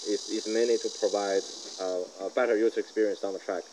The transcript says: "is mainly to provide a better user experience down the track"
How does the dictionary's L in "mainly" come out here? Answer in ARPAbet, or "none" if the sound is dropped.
none